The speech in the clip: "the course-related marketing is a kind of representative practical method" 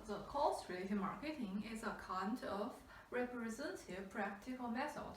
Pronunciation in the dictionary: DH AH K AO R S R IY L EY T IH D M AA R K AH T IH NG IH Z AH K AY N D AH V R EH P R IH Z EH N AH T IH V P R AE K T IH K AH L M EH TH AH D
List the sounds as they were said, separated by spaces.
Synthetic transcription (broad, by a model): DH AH K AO L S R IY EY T M AA R K AH T IH NG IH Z AH K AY N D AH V R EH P R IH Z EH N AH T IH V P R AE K T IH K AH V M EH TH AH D